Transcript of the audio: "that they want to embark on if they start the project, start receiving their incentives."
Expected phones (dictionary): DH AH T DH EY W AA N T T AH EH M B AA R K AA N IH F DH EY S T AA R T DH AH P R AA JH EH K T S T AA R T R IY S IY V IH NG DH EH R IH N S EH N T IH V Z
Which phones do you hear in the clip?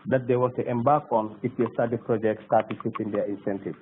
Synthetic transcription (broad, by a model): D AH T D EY W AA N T T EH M B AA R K AA N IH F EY S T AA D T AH P R AA JH EH K T S T AA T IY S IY F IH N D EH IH N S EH N T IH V